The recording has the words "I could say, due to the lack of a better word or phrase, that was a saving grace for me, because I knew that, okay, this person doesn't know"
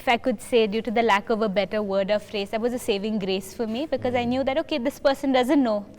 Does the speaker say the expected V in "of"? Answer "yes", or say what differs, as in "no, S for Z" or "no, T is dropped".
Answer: yes